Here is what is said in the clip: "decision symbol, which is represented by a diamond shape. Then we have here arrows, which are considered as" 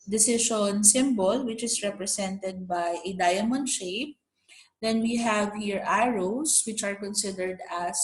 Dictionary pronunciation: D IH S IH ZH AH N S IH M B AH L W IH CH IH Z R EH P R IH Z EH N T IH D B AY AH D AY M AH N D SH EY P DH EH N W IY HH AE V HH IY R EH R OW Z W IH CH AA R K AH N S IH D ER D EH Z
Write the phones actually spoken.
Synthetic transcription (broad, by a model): D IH S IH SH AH N S IH M B AH L W IH CH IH S R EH P R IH S EH N T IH D B AY AH D AY M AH N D SH EY P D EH N W IY HH AE V HH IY R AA R OW S W IH CH AA R K AH N S IH D ER D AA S